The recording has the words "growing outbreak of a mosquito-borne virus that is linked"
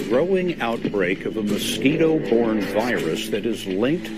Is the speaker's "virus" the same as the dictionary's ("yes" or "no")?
yes